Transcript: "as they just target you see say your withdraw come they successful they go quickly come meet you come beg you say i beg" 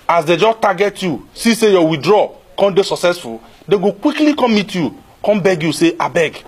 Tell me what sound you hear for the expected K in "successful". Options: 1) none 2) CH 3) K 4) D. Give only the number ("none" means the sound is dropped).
3